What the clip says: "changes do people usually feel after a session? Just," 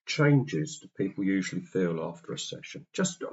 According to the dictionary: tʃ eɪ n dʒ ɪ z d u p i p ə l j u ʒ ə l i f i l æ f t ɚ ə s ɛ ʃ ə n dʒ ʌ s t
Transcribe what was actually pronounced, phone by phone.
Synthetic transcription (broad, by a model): tʃ eɪ n dʒ ɪ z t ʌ p i p ə l j u ʒ ə l i f i l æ f t ɚ ə s ɛ ʃ ə n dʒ ʌ s t